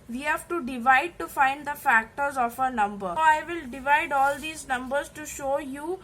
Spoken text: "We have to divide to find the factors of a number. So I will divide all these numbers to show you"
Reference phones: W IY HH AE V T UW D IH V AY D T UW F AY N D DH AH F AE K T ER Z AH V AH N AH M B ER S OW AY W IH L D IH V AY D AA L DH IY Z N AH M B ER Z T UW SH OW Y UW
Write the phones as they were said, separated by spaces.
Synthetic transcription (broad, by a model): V IY HH AE V T UW D IH V AY D T UW F AY N D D AH F AE K T ER Z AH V AH N AH M B ER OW AY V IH L D IH V AY D AA L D IY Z N AH M B ER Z T UW SH OW Y UW